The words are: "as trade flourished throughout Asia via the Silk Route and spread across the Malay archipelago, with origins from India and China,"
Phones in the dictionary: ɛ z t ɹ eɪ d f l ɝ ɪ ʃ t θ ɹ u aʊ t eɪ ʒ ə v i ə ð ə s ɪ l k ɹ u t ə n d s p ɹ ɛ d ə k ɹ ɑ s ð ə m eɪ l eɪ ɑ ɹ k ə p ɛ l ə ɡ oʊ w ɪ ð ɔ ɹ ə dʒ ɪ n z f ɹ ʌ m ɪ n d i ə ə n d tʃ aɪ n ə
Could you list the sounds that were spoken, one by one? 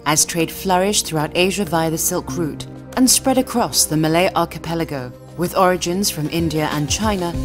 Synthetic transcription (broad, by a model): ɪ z t ɹ eɪ d f l ɝ ɪ ʃ θ ɹ u aʊ t eɪ ʒ ə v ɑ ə ð ə s ɪ l k ɹ u t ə n s p ɹ ɛ d ə k ɹ ɑ s ð ə m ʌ l eɪ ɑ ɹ k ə p ɛ l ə ɡ oʊ w ɪ ð ɔ ɹ ə dʒ ɪ n z f ɹ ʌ m ɪ n d i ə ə n tʃ aɪ n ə